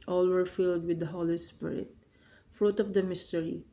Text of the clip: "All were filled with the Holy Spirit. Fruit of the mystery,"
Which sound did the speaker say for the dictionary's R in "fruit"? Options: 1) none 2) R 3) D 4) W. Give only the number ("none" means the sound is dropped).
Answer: 2